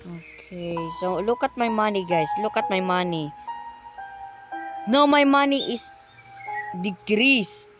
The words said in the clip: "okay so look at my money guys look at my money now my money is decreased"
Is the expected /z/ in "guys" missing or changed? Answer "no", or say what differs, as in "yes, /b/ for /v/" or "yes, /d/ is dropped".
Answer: yes, /s/ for /z/